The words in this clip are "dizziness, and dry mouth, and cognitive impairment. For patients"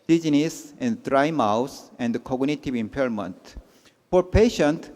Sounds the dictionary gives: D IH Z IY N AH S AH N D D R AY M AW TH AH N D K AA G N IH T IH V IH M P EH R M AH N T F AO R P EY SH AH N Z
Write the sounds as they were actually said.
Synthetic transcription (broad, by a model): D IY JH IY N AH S AH N D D R AY M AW S AH N D K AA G N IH T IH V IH M P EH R M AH N T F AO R P EY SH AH N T